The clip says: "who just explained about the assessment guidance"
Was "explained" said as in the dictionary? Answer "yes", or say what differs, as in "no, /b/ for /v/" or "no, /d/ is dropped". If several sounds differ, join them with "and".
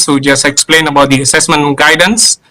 no, /d/ is dropped